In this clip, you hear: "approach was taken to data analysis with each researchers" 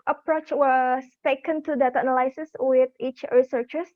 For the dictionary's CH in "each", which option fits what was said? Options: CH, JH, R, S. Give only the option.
CH